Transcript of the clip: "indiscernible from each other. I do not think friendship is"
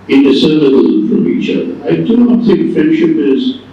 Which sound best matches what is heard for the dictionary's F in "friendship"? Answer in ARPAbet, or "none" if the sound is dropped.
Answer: F